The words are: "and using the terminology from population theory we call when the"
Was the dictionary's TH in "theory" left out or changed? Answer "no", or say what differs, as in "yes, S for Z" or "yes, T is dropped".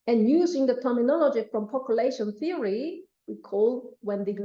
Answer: no